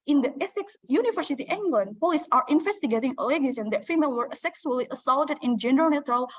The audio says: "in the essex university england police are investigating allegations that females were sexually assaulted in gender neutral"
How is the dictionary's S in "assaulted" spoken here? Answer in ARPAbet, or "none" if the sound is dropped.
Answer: S